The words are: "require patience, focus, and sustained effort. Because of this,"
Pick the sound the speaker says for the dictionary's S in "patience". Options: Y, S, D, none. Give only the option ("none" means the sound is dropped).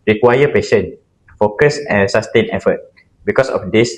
none